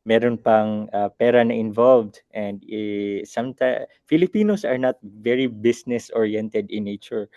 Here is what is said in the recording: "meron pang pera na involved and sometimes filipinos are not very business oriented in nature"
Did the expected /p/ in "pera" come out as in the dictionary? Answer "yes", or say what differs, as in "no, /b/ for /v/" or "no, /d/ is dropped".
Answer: yes